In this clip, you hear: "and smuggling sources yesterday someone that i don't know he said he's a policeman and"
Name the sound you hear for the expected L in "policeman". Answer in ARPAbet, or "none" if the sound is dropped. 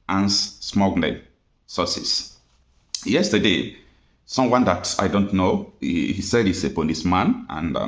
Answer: N